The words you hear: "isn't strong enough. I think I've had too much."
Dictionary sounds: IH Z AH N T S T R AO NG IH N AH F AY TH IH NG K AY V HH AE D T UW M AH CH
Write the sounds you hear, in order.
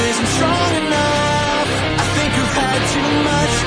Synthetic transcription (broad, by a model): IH Z N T S T R AO NG IH N AH F AY TH IH NG K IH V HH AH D T UW M AH CH